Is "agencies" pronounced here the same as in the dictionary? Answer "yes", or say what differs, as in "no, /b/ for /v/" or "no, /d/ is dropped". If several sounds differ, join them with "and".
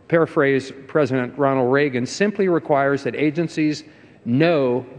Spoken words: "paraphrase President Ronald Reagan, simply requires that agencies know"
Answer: yes